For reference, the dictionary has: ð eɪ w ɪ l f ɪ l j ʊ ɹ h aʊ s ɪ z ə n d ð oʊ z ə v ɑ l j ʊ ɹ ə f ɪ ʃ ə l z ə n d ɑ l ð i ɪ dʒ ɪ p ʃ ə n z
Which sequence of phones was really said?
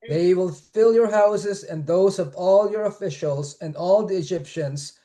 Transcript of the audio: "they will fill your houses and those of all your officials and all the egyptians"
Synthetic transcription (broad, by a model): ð eɪ w ɪ l f ɪ l j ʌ ɹ h aʊ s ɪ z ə n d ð oʊ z ə v ɑ l j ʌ ɹ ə f ɪ ʃ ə l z ə n d ɑ l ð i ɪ dʒ ɪ p ʃ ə n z